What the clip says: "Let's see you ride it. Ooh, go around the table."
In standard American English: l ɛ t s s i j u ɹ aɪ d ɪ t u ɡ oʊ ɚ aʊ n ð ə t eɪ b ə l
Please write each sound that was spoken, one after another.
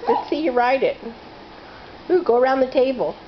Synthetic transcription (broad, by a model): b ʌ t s s i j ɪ ɹ aɪ d ɪ t u ɡ oʊ ɚ aʊ n ð ə t eɪ b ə l